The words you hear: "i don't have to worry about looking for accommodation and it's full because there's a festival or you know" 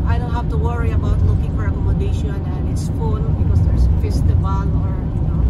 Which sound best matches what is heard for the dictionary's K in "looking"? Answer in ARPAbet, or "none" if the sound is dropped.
K